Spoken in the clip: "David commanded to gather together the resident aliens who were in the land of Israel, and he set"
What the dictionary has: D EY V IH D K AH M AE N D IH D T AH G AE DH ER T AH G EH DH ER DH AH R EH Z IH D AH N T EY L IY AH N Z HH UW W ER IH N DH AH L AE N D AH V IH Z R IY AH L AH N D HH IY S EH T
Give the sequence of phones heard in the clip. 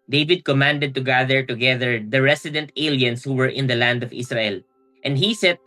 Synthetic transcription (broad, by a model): D EY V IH D K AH M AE N D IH D T AH G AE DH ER T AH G EH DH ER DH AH R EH S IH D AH N T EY L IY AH N S HH UW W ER IH N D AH L AE N D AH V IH S R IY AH L AH N D HH IY S EH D